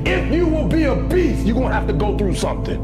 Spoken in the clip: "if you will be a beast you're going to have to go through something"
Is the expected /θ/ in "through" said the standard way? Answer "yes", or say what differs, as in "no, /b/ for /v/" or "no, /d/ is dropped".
yes